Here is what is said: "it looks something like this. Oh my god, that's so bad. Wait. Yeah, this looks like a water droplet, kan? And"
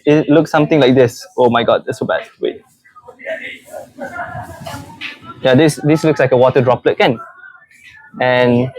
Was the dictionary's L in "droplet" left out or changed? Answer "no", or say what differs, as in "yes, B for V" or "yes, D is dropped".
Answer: no